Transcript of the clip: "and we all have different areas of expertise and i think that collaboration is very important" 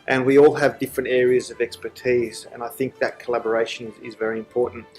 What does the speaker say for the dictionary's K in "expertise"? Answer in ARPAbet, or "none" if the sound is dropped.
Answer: K